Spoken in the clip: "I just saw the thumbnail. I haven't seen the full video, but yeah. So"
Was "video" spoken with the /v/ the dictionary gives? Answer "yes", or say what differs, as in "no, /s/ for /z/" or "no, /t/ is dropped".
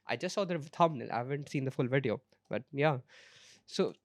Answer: yes